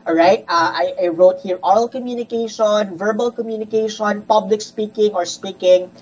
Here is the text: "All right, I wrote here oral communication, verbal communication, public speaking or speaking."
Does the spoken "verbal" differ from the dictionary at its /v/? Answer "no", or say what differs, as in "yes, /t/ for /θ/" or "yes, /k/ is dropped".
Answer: no